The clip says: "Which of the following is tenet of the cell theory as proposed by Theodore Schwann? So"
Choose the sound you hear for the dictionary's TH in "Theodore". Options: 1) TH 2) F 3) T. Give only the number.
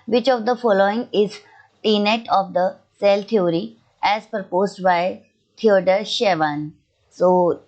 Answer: 3